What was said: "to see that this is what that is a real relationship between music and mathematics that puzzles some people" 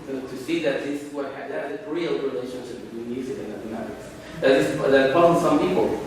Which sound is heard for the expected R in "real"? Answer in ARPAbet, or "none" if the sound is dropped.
R